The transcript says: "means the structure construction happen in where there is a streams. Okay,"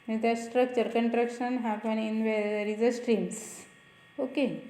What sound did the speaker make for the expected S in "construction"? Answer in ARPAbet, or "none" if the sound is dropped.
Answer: none